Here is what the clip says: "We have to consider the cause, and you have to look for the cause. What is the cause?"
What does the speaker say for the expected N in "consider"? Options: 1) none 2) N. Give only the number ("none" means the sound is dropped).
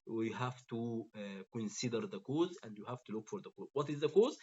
2